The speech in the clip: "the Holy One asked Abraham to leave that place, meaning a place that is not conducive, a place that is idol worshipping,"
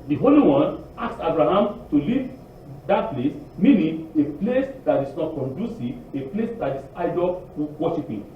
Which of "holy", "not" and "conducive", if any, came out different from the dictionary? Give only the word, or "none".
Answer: conducive